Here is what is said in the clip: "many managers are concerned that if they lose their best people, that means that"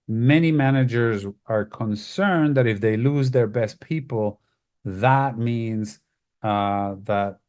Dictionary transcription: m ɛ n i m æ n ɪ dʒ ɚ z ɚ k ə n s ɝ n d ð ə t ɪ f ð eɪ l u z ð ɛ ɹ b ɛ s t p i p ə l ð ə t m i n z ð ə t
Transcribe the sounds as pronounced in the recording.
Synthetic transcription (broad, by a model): m ɛ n i m æ n ɪ dʒ ɚ z ɚ k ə n s ɝ n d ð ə t ɪ f ð eɪ l u z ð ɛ ɹ b ɛ s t p i p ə l ð ə t m i n z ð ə t